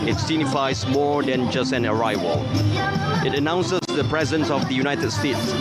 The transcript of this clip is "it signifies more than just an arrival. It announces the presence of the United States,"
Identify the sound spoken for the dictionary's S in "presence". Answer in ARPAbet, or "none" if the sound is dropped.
S